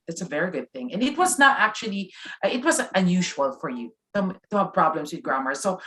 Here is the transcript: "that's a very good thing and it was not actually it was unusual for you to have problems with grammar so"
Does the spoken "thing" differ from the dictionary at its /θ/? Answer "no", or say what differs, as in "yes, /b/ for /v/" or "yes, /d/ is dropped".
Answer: no